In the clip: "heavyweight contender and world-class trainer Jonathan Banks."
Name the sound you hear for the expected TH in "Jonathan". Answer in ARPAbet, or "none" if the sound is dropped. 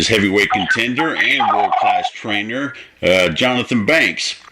TH